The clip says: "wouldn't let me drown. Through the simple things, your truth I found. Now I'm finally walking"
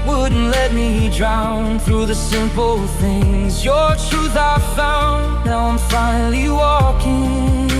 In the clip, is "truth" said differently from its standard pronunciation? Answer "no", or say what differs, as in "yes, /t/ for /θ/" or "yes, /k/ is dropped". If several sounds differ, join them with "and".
no